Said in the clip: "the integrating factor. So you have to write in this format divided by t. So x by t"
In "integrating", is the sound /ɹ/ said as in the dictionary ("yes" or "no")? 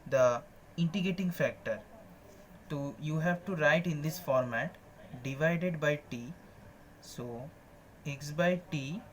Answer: no